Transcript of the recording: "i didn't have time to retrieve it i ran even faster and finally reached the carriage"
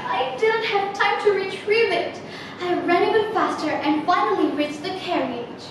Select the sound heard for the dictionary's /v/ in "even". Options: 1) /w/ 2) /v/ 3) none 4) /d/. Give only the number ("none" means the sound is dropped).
3